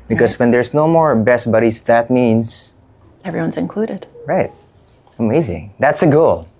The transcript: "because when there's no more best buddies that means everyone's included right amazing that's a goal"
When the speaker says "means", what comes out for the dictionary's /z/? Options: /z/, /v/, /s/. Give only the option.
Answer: /s/